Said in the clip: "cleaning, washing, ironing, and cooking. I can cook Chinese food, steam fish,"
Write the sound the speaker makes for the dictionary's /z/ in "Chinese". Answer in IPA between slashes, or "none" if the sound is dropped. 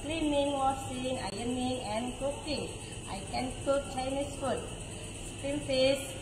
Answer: /s/